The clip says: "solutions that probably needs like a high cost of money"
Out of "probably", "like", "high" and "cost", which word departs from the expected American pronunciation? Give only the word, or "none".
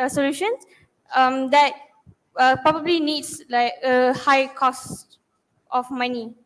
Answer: none